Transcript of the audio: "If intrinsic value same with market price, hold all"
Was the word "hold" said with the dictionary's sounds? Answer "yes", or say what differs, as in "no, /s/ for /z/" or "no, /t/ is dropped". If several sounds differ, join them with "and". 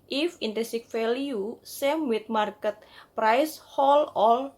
no, /d/ is dropped